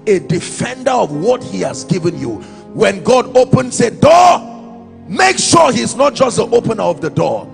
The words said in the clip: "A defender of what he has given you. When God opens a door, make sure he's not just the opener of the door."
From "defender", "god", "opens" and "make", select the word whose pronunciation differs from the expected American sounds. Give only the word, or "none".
opens